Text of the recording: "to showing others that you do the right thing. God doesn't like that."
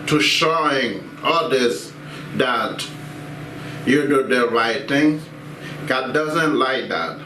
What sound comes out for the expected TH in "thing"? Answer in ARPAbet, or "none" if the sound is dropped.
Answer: T